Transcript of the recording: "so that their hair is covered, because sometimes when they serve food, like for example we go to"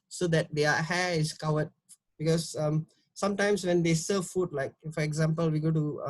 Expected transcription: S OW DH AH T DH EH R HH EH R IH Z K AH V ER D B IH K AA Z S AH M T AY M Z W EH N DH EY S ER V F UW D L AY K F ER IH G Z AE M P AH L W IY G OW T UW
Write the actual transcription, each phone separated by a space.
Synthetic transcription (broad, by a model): S OW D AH T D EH HH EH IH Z K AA W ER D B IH K AA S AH M T AY M S W EH N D EY S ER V F UW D L AY K F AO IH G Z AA M P AH L W IY G OW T UW